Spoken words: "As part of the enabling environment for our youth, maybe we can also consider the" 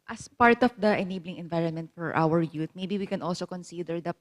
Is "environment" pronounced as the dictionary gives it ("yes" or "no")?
yes